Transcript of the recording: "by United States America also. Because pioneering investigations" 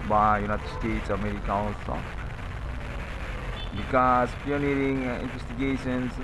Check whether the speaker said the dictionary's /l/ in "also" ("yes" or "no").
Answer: no